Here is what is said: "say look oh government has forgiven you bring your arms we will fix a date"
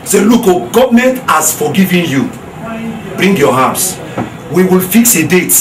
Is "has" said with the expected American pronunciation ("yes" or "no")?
no